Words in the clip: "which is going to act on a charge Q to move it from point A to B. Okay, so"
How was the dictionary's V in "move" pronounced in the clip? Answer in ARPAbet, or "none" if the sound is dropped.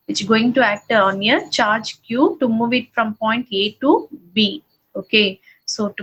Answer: V